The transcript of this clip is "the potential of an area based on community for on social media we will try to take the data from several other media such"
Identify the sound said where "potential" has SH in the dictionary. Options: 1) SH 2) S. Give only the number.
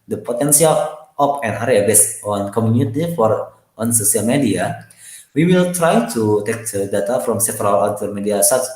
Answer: 2